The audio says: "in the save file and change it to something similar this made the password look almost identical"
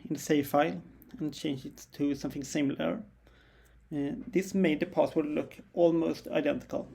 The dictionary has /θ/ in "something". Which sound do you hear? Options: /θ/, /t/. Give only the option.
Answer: /θ/